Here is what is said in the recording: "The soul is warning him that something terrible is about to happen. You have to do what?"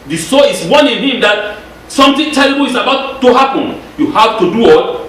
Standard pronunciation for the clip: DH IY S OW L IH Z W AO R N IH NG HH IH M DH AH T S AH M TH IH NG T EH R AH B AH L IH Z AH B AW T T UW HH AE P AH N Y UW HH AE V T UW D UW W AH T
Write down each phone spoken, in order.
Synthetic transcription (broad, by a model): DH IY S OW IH S W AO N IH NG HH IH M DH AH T S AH M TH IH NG T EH L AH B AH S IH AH B AW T T UW HH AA P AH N Y UW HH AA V T UW D UW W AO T